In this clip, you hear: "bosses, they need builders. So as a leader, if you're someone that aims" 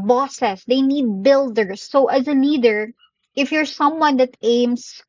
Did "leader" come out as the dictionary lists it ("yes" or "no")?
no